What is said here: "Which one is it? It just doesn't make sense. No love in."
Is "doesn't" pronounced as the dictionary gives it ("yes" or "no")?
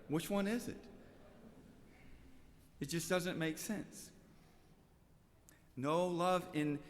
yes